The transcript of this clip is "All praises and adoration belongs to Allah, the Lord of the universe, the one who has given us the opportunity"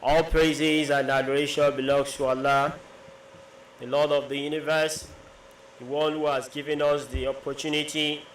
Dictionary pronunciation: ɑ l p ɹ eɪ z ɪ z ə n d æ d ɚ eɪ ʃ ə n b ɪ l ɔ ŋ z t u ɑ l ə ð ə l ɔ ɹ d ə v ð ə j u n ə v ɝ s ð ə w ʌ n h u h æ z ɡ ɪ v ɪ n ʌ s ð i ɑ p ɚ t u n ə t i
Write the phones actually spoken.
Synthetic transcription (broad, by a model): ɑ l p ɹ eɪ z ɪ z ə n d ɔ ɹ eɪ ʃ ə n b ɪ l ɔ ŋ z t u ɑ l ə ð ə l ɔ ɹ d ə v ð ə j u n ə v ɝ s ð ə w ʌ n h u h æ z ɡ ɪ v ɪ n ʌ s ð i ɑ p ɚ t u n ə t i